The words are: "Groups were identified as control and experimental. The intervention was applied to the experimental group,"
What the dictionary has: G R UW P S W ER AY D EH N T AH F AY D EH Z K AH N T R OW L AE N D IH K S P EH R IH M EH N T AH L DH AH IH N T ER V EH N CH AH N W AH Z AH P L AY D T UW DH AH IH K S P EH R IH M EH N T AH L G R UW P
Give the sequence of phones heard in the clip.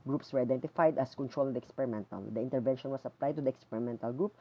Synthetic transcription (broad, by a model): G R UW P S W ER AY D EH N T AH F AY D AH S K AH N T R OW L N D IH K S P EH R IH M EH N T AH L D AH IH N T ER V EH N SH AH N W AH S AH P L AY D T UW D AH IH K S P EH R IH M EH N T AH L G R UW P